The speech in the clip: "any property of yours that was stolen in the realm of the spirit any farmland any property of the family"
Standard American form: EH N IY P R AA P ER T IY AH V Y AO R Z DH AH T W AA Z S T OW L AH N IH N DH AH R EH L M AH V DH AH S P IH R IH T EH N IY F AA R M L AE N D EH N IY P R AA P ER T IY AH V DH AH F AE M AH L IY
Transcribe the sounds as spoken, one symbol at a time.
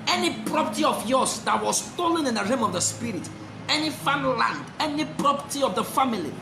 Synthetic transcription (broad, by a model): EH N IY P R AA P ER T IY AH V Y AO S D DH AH T W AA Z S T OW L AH N IH N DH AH R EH M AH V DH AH S P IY R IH T EH N IY F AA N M L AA N D EH N IY P R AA P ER T IY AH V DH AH F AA M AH L IY